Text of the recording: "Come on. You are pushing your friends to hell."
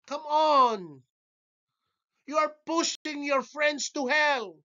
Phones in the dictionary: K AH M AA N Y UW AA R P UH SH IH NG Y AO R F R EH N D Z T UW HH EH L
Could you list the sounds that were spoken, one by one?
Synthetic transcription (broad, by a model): K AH M AA N Y UW AA R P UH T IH NG Y AO R F R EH N D S T UW HH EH L